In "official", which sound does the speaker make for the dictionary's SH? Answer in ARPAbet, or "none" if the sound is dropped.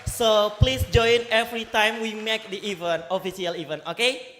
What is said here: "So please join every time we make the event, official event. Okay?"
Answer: S